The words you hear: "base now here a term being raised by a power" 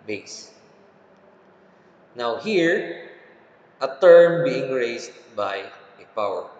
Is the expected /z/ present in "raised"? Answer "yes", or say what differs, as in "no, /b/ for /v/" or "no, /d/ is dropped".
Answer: no, /s/ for /z/